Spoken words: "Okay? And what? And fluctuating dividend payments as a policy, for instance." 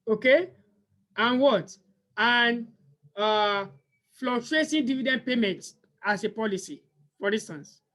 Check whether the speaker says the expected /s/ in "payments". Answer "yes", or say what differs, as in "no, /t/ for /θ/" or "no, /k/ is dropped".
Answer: no, /s/ is dropped